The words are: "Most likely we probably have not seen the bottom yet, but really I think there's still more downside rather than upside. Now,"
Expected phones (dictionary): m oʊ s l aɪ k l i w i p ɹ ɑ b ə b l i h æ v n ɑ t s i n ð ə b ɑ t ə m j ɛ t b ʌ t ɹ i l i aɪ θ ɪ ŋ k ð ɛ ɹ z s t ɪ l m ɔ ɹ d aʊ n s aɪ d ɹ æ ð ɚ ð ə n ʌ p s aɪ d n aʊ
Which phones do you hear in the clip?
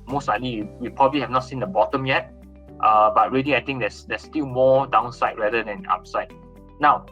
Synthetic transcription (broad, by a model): m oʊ s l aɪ l i w i p ɹ ɑ b ə b l i h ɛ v n ɑ t s i n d ə b ɑ t ə m j ɛ t b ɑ t ɹ i l i aɪ t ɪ ŋ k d ɛ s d s t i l m ɔ d aʊ n s aɪ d ɹ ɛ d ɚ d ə n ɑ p s aɪ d n aʊ